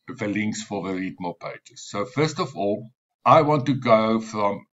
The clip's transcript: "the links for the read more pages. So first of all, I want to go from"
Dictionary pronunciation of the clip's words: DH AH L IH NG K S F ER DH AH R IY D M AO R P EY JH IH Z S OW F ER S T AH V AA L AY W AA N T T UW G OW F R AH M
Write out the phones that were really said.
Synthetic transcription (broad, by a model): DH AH L IH NG K S F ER DH AH R IY D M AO L P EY JH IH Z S OW F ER S T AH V AA L AY W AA N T T UW G OW F R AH M